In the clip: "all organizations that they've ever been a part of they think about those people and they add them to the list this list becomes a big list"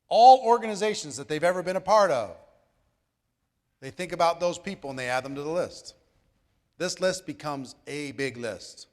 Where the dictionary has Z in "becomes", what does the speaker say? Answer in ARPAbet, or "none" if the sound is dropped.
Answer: Z